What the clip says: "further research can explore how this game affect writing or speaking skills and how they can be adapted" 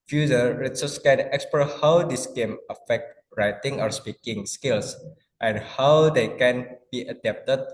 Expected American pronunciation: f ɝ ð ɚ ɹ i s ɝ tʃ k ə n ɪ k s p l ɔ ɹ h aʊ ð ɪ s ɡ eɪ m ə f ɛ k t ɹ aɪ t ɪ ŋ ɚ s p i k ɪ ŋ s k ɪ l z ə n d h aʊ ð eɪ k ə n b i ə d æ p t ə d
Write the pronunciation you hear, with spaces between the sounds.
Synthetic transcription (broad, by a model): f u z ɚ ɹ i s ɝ s k ə n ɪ k s p ɔ h aʊ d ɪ s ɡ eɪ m ə f ɛ k t ɹ aɪ t ɪ ŋ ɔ s p i k ɪ ŋ s k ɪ l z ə n h aʊ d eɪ k ə n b i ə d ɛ p t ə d